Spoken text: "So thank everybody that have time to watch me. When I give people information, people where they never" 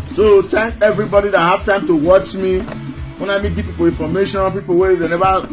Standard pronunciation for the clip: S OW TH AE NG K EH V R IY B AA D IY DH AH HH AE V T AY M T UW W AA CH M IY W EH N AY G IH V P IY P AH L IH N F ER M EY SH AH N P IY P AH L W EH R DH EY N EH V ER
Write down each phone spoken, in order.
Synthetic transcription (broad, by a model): S OW T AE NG K EH V R IY B AA D IY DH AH HH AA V T AY M T UW W AA CH M IY W EH N AY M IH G P IY P AH L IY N F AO M EY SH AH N P IY P AH L W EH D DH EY N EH V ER